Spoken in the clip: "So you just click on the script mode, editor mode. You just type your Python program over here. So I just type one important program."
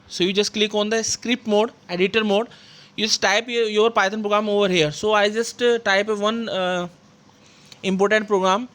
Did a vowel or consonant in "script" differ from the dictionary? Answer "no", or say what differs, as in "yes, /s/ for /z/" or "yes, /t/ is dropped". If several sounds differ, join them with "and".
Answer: no